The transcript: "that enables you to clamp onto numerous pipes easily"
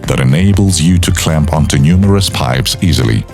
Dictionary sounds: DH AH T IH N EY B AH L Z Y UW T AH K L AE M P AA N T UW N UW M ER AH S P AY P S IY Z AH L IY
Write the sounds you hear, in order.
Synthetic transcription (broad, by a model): DH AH T IH N EY B AH L Z Y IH T AH K L AE M P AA N T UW N UW M ER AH S P AY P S IY Z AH L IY